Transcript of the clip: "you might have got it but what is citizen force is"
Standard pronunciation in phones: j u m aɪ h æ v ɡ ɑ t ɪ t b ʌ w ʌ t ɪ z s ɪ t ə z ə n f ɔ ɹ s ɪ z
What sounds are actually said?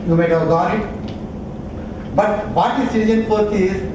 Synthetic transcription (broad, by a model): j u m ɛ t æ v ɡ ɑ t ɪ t b ʌ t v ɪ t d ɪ s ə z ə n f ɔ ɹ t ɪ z